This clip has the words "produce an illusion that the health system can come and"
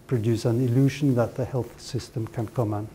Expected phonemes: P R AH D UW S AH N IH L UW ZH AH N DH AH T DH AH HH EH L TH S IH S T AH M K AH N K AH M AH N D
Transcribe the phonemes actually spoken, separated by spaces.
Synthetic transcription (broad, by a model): P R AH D UW S AH N IH L UW ZH AH N DH AH T DH AH HH EH L TH S IH S T AH M K AH N K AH M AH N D